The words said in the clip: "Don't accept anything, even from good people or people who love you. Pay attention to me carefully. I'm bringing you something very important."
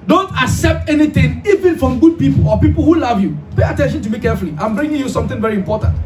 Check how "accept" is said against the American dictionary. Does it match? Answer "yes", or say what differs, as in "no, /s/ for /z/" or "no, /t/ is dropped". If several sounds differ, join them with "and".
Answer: yes